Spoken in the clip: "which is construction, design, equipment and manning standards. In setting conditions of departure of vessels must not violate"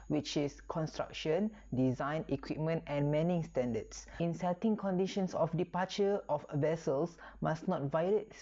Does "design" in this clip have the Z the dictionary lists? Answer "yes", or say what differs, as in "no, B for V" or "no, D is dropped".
yes